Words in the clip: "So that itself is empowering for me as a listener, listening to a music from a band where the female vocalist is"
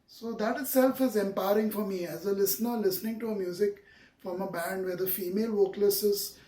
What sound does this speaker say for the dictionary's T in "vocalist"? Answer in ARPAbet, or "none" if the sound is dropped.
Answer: none